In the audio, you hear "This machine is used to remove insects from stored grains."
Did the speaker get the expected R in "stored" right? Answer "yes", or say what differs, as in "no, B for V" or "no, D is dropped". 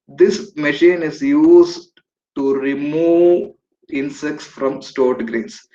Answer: yes